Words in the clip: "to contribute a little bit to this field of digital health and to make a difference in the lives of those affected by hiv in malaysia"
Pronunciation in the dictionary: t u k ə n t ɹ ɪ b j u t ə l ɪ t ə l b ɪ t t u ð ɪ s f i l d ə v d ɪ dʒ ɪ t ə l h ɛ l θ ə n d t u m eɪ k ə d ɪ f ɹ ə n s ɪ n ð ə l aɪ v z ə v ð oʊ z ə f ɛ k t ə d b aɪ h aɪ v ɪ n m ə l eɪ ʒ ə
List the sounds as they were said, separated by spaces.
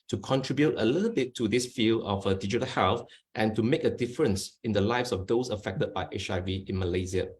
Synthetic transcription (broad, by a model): t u k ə n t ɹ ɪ b j u t ə l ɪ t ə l b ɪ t t u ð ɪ s f i l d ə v d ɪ dʒ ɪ t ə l h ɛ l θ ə n t u m eɪ k ə d ɪ f ɹ ə n s ɪ n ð ə l aɪ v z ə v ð oʊ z ə f ɛ k t ə d b aɪ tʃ aɪ v ɪ n m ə l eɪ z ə